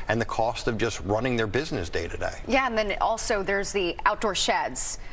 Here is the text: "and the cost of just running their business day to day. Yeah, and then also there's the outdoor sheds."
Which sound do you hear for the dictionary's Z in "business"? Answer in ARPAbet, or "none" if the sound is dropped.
Z